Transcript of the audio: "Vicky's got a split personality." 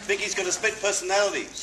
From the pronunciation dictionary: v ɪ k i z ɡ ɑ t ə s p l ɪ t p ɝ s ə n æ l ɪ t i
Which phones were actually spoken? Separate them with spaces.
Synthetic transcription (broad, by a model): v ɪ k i z ɡ ɑ t ə s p ɪ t p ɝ s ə n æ l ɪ t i